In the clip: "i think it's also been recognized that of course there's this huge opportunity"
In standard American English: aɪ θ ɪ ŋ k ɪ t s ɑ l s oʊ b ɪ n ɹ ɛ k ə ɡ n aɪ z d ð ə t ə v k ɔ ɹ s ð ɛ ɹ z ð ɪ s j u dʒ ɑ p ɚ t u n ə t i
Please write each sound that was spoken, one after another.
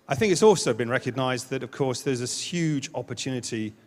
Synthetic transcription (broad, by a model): aɪ θ ɪ ŋ k ɪ t s ɑ l s oʊ b ɪ n ɹ ɛ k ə ɡ n aɪ z ð ə t ə v k ɔ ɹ s ð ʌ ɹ z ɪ j u dʒ ɑ p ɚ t u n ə t i